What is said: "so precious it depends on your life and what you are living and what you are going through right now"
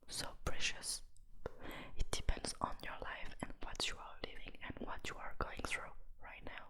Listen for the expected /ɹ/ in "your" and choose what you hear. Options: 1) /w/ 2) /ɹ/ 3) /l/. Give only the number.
2